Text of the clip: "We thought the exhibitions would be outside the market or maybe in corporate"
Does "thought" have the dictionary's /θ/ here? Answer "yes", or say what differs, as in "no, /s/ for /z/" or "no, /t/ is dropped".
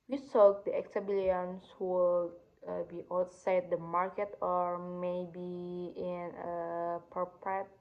no, /s/ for /θ/